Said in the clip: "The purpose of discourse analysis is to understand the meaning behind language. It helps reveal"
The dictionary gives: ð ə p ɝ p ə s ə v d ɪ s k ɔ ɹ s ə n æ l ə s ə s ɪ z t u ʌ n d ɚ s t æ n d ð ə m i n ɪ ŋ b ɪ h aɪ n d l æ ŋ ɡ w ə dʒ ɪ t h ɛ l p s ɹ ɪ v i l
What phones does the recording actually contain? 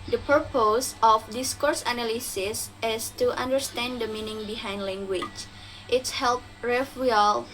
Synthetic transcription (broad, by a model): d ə p ɝ p ə s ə f d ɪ s k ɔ ɹ s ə n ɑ l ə s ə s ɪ s t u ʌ n d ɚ s t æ n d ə m i n ɪ ŋ b ɪ h aɪ n d l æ ŋ ɡ w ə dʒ ɪ t h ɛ l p ɹ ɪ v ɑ l